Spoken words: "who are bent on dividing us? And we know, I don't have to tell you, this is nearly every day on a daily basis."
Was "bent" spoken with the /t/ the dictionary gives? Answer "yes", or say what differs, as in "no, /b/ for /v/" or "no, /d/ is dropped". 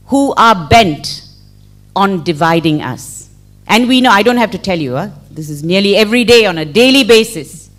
yes